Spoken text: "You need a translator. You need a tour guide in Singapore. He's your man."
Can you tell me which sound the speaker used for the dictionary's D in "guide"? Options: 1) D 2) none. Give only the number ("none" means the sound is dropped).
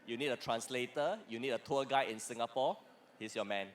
2